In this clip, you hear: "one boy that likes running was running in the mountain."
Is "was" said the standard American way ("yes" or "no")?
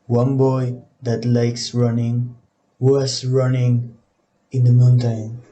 no